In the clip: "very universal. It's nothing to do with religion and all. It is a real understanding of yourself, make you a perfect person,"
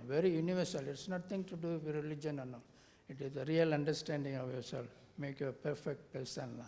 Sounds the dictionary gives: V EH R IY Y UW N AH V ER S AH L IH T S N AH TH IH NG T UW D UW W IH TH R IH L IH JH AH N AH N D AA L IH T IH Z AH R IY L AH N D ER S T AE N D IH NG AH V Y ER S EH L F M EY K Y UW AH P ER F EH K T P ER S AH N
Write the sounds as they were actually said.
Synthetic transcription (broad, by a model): V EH R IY Y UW N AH V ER S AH L IH T S N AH T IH NG T UW D UW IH R IH L IH JH AH N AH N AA IH T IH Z AH R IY L AH N D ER S T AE N D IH NG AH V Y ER S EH L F M EY K Y UW AH P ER F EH K T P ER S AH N